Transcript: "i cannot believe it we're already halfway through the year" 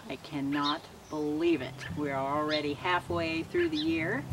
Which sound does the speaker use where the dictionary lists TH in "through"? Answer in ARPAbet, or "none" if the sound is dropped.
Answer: TH